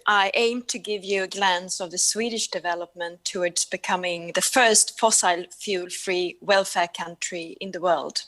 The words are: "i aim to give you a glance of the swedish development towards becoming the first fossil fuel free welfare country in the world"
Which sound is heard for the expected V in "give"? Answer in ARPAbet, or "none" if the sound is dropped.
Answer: V